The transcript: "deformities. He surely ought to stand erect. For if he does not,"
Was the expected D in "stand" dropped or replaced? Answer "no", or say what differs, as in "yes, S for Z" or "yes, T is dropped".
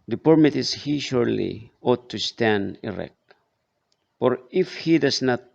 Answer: no